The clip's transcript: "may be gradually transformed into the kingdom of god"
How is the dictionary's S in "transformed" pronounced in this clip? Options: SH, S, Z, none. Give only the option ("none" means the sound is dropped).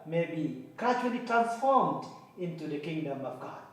none